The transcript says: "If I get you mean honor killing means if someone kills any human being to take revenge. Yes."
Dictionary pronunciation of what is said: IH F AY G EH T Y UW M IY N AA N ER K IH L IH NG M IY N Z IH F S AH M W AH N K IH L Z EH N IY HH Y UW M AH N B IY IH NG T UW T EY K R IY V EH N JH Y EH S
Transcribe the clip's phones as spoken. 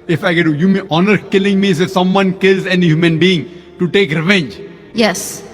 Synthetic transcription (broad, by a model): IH F AY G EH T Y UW M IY AA N ER K IH L IH NG M IY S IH S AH M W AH N K IH L Z EH N IY HH Y UW M AH N B IY IH NG T UW T EY K R IY V EH N JH Y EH S